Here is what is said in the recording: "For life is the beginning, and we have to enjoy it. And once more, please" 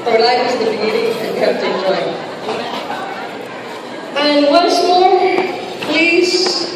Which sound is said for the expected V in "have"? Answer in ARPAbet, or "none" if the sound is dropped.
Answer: F